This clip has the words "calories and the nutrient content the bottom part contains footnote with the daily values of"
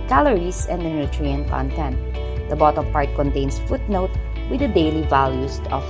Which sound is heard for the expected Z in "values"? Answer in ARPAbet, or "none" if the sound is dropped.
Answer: S